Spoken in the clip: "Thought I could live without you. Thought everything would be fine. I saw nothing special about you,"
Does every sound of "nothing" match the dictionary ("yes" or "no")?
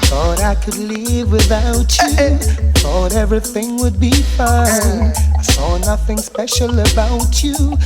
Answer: yes